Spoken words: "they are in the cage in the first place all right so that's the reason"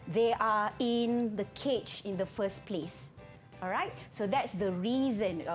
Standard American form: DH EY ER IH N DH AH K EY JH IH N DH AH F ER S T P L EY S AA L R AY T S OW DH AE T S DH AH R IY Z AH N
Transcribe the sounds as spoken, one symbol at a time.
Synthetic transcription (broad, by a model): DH EY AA IH N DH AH K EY CH IH N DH AH F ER S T P L EY S AA L R AY T S OW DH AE T S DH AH R IY Z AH N